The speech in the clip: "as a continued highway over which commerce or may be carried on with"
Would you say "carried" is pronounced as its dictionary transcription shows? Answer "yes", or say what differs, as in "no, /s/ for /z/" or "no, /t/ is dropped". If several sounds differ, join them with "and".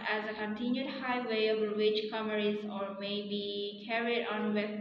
yes